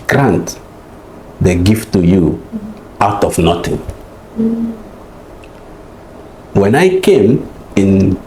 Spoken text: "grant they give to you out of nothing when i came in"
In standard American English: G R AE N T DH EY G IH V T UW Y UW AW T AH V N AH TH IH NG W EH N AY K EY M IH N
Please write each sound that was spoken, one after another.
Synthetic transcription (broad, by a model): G R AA N T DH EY G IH F T UW Y UW AW T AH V N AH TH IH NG W EH N AY K EY M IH N